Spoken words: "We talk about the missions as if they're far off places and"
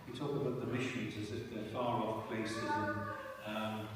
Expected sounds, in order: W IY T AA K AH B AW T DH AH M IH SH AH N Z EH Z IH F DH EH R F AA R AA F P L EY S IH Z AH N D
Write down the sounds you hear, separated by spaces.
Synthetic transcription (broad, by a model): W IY T AA K AH B AW T DH AH M IH SH AH N Z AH Z IH F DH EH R F AA R AA F P L EY S IH Z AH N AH